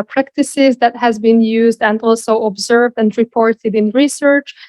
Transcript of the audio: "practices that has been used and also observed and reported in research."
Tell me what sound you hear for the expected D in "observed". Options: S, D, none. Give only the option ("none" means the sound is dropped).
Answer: D